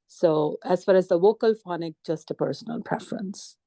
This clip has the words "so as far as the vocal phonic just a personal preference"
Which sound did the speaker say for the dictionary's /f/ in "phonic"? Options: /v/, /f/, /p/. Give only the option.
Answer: /f/